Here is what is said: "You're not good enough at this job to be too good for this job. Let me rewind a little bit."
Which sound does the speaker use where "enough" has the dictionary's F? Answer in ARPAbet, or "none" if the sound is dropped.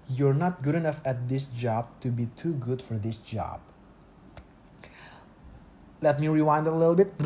F